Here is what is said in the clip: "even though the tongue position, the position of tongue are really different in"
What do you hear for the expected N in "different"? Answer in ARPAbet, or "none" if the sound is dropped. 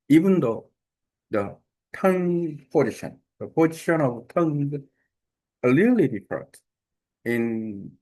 none